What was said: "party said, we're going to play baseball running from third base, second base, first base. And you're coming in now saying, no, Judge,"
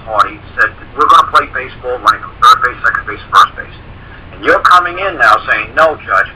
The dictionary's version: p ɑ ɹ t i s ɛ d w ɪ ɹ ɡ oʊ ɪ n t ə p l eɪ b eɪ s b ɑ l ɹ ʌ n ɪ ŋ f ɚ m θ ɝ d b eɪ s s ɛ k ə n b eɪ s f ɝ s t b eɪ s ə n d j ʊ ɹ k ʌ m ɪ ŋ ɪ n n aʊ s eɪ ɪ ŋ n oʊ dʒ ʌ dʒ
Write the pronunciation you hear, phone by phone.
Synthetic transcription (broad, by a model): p ɑ ɹ t i s ɛ d w ɪ ɹ ɡ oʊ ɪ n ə p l eɪ b eɪ s b ɑ l l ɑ ɪ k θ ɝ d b eɪ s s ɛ k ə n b eɪ s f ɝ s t b eɪ s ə n j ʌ ɹ k ʌ m ɪ ŋ ɪ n n aʊ s eɪ ɪ ŋ n oʊ dʒ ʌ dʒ